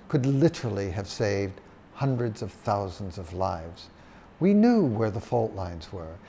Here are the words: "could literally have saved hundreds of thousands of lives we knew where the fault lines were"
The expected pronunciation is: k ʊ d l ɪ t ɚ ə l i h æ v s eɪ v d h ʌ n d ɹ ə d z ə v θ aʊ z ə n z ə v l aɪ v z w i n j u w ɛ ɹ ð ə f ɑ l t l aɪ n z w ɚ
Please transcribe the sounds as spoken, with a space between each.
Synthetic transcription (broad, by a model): k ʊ d l ɪ t ɚ l i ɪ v s eɪ v d h ʌ n d ɹ ə d z ə v θ aʊ z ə n z ə v l aɪ v z w i n j u w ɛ ɹ ð ə f ɑ l t l aɪ n z w ɚ